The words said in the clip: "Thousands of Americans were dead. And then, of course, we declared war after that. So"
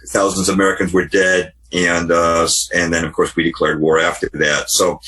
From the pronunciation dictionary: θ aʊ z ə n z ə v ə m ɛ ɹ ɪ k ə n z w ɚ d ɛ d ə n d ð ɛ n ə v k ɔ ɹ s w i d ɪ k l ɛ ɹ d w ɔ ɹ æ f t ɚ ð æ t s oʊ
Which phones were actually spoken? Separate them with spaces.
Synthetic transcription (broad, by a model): θ aʊ z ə n z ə ə m ɛ ɹ ɪ k ə n z w ɚ d ɛ d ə n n ð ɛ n ə v k ɔ ɹ s w i d ɪ k l ɛ ɹ d w ɔ ɹ æ f t ɚ ð æ t s oʊ